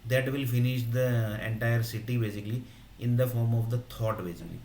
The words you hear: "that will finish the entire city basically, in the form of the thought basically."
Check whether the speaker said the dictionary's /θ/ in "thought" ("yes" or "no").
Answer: no